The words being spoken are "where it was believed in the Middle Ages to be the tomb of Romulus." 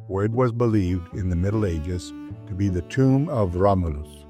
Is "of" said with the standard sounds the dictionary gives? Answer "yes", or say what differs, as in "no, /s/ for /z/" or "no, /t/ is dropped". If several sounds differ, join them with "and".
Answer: yes